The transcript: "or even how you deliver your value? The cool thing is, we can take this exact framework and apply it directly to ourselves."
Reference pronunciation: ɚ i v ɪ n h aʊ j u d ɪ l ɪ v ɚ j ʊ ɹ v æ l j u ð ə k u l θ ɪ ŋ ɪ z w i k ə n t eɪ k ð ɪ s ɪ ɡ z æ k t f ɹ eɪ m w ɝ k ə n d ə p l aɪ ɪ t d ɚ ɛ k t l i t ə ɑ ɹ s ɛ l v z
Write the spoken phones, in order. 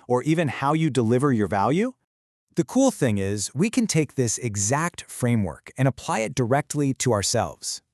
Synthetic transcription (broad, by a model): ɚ i v ɪ n h aʊ j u d ɪ l ɪ v ɚ j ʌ ɹ v æ l j u ð ə k u l θ ɪ ŋ ɪ z w i k ə n t eɪ k ð ɪ s ɪ ɡ z æ k t f ɹ eɪ m w ɝ k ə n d ə p l aɪ ɪ t d ɚ ɛ k t l i t ə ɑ ɹ s ɛ l v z